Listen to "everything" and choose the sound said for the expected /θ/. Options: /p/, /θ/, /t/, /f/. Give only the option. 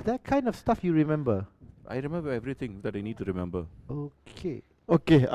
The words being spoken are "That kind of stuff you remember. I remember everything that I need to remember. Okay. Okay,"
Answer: /t/